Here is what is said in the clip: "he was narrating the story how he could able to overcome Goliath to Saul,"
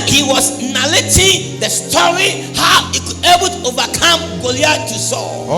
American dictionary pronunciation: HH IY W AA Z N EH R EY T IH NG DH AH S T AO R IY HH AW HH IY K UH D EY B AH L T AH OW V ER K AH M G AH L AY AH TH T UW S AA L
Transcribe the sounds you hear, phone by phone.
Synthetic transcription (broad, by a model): HH IY W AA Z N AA L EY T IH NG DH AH S T AO R IY HH AW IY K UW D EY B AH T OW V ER K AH M G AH L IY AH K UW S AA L